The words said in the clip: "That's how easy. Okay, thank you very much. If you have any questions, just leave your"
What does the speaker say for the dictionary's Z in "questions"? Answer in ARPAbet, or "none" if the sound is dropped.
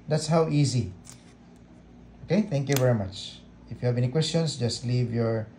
S